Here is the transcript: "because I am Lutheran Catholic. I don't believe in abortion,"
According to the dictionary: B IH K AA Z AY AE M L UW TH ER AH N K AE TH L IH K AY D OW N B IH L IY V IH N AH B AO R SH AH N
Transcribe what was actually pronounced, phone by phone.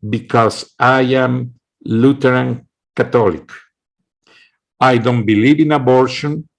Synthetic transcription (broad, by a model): B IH K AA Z AY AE M L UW T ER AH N K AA T L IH K AY D OW N B IH L IY V IH N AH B AO R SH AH N